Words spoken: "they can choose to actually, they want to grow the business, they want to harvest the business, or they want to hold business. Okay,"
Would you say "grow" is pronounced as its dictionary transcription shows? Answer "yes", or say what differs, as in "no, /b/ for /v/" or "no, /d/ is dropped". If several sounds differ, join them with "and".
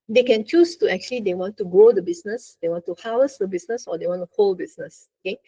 no, /ɹ/ is dropped